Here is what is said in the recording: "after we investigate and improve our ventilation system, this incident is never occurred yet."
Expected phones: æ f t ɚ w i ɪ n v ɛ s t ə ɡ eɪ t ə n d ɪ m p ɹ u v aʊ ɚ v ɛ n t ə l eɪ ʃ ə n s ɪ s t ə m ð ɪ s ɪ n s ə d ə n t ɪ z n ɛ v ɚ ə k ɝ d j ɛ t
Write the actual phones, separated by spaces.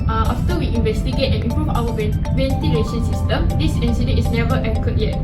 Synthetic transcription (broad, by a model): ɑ f t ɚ w i ɪ n v ɛ s t ə ɡ eɪ t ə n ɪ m p ɹ u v aʊ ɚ v ɛ n t ə l eɪ ʃ ə n s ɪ s t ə m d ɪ s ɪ n s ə d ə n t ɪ s n ɛ v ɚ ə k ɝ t j ɛ t